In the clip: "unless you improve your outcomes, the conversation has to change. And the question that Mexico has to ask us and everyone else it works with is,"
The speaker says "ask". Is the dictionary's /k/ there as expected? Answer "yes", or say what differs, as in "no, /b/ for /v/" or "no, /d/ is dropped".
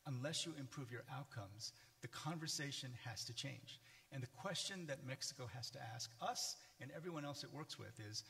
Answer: yes